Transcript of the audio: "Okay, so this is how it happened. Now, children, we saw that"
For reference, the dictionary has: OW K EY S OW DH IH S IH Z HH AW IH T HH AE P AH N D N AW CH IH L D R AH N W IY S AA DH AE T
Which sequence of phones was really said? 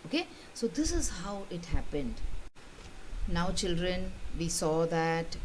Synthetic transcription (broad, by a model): OW K EY S OW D IH S IH Z HH AW IH T HH AE P AH N D N AW CH IH L D R AH N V IY S AA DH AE T